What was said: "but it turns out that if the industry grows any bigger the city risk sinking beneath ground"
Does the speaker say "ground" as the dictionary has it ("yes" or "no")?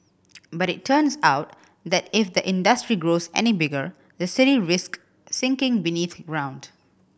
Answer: yes